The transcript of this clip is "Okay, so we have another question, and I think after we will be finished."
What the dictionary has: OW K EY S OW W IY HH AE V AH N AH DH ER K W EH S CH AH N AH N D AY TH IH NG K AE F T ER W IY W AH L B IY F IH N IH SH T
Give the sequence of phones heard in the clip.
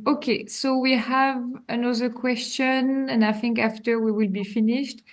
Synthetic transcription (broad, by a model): OW K EY S OW W IY HH AE V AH N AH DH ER K W EH S CH AH N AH N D AY TH IH NG K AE F T ER W IY W AH L B IY F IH N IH SH T